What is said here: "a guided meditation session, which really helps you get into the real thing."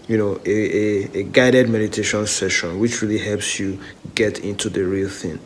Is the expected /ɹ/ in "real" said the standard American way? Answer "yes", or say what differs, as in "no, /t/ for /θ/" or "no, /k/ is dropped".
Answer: yes